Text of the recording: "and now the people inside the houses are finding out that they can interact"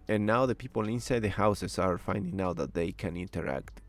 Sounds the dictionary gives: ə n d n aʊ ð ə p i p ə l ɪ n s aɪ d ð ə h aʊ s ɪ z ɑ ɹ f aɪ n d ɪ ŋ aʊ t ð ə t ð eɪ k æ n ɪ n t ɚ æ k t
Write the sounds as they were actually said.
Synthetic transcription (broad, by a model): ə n n aʊ ð ə p i p ə l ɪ n s aɪ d ð ə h aʊ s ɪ s ɑ ɹ f aɪ n d ɪ ŋ aʊ t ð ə t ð eɪ k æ n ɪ n t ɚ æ k t